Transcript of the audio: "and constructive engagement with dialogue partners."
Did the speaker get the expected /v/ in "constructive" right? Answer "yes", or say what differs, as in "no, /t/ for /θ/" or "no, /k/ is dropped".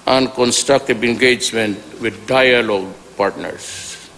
no, /b/ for /v/